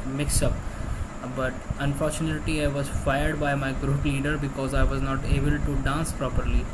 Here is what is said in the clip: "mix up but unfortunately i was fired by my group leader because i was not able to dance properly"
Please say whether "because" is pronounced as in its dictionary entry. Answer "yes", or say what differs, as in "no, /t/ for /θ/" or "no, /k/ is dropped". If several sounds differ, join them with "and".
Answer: yes